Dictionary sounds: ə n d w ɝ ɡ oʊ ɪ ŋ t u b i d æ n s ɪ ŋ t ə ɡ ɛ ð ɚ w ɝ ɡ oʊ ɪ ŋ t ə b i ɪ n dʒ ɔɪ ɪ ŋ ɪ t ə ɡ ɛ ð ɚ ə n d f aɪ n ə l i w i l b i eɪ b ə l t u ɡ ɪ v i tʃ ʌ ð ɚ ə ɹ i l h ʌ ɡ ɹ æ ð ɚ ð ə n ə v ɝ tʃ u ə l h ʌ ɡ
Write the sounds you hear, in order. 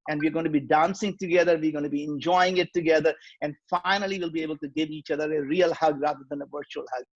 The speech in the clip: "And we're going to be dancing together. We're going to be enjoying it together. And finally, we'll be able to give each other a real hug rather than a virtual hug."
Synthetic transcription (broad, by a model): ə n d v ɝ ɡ oʊ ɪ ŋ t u b i d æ n s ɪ ŋ t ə ɡ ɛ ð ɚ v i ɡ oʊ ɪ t b i ɪ n dʒ ɔɪ ɪ ŋ ɪ t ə ɡ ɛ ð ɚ ə n d f aɪ n ə l i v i l b i eɪ b ə l t u ɡ ɪ v i tʃ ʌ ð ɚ ə ɹ i l h ʌ ɡ ɹ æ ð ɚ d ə n ə v ɝ tʃ u ə l h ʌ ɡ